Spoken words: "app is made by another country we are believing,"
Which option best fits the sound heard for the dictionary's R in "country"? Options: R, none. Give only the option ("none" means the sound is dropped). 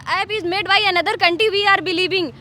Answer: none